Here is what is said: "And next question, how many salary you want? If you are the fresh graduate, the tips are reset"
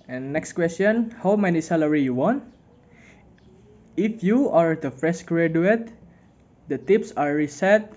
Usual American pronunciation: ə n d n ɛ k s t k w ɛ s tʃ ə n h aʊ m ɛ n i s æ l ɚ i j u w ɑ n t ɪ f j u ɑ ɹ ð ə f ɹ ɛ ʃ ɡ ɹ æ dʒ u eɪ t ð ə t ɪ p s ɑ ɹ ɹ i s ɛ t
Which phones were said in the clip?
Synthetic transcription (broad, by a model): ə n n ɛ k s t k w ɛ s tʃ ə n h aʊ m ɛ n i s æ l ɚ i j u w ɑ n t ɪ f j u ɑ ɹ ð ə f ɹ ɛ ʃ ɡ ɹ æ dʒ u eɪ t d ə t ɪ p s ɑ ɹ ɹ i s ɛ t